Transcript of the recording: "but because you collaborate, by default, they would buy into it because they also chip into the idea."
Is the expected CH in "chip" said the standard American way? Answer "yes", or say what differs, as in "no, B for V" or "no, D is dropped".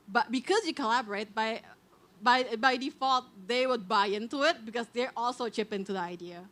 yes